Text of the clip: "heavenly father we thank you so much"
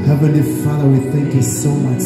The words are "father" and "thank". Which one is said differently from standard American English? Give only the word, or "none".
none